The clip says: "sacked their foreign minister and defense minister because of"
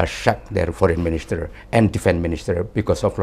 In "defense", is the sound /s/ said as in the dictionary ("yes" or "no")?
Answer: no